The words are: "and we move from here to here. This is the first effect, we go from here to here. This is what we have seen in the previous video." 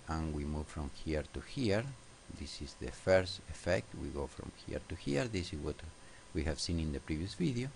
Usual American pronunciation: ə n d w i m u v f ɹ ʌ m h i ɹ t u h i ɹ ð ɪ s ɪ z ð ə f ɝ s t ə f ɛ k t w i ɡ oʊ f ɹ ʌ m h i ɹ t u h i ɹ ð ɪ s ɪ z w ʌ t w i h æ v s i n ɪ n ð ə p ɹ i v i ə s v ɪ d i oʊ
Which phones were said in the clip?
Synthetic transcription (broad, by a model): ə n w i m u v f ɹ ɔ m h i ɹ t u h i ɹ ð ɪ s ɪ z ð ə f ɝ s t ə f ɛ k t w i ɡ oʊ f ɹ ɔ m h i ɹ t u h i ɹ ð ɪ s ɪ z w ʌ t w i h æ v s i n ɪ n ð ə p ɹ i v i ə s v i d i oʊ